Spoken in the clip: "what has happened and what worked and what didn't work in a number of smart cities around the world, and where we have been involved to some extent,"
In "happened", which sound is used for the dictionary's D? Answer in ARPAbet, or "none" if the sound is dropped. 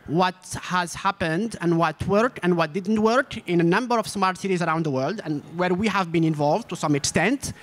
D